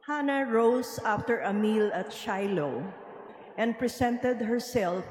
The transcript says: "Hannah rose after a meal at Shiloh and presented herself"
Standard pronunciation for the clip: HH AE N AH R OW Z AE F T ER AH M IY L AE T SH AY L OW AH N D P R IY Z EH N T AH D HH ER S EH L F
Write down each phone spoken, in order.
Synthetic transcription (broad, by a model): HH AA N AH R OW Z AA F T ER AH M IY L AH T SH AY L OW AH N D P R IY S EH N T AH D HH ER S EH L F